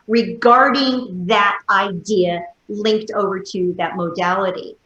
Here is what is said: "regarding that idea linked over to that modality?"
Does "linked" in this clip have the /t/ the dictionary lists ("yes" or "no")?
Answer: yes